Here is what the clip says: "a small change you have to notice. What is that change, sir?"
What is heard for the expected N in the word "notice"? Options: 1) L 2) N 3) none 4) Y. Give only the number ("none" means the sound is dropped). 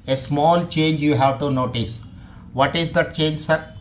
2